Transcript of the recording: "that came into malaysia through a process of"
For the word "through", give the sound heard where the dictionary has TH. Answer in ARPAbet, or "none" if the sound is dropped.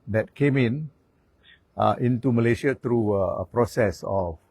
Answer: T